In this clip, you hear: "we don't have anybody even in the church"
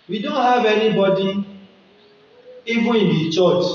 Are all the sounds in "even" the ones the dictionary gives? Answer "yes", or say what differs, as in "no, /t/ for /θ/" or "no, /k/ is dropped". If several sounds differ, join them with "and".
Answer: no, /n/ is dropped